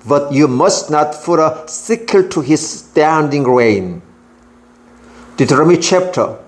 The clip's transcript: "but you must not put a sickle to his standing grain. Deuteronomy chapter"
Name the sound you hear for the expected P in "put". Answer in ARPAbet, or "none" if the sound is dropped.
F